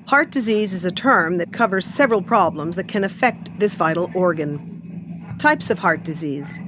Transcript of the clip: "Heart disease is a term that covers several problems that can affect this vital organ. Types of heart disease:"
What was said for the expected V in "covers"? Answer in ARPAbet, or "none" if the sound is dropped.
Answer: V